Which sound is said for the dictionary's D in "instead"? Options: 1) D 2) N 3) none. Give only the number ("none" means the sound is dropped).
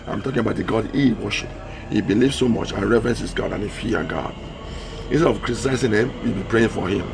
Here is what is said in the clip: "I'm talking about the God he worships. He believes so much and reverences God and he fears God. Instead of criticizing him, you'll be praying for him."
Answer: 3